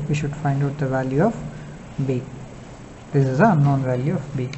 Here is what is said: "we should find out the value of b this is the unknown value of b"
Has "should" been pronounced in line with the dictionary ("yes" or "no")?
yes